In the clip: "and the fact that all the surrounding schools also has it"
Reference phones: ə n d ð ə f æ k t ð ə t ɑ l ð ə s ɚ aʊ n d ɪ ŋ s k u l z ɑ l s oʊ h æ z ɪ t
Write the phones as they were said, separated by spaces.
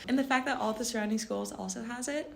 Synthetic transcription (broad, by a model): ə n ð ə f æ k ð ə t ɑ l ð ə s ɚ aʊ n d ɪ ŋ s k u l z ɑ l s oʊ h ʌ z ɪ t